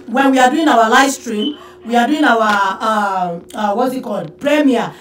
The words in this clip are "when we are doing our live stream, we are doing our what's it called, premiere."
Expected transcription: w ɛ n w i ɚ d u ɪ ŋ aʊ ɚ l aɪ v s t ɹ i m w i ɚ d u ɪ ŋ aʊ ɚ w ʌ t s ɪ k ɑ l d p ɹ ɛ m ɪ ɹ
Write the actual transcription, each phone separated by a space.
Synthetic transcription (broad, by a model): w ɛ n w i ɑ d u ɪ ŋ aʊ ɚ l aɪ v s t ɹ i m w i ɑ d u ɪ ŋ aʊ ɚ w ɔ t ɪ k ɑ l d p ɹ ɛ m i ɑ